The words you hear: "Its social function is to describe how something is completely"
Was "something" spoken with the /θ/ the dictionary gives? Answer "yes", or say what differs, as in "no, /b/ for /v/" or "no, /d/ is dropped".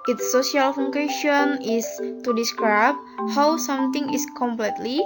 no, /t/ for /θ/